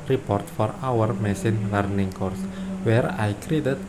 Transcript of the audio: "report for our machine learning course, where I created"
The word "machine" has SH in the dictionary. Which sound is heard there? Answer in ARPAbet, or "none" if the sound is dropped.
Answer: S